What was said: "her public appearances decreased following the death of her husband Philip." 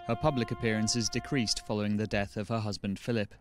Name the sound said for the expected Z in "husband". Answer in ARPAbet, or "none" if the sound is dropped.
Z